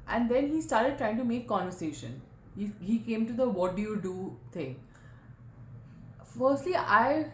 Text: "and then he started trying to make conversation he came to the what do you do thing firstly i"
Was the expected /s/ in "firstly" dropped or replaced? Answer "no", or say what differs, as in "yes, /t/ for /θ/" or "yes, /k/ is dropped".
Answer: no